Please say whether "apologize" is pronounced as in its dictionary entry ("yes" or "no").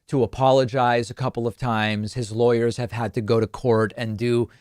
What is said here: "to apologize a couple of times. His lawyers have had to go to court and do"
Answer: yes